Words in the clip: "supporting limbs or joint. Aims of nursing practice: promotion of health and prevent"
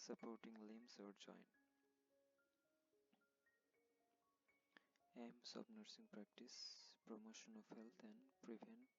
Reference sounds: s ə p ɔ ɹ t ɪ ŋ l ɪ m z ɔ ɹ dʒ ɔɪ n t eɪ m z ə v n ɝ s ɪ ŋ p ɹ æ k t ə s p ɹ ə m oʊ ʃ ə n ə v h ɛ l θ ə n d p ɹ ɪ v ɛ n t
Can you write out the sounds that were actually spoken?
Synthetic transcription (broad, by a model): s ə p ɔ ɹ t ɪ ŋ l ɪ m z ɔ ɹ dʒ ɔɪ n eɪ m s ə b n ɝ s ɪ ŋ p ɹ æ k t ə s p ɹ ə m oʊ ʃ ə n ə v h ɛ l t ə n d p ɹ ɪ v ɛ n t